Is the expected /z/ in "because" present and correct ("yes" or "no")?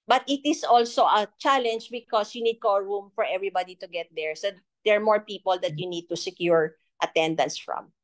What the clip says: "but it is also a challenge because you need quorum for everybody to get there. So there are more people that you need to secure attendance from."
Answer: no